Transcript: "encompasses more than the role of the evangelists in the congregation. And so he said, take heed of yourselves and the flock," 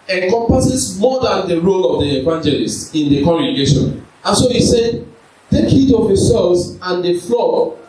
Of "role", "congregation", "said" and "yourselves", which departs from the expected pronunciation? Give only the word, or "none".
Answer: yourselves